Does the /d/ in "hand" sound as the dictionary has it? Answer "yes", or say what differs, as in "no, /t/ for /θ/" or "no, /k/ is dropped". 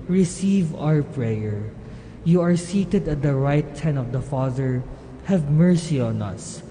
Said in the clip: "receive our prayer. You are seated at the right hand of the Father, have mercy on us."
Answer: no, /d/ is dropped